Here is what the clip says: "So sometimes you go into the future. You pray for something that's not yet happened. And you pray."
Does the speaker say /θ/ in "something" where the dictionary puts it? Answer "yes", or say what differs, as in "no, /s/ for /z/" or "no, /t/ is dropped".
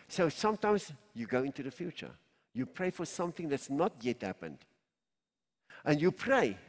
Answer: yes